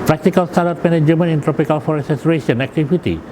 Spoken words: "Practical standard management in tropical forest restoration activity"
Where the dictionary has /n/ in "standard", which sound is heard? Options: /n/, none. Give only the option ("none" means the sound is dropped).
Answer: none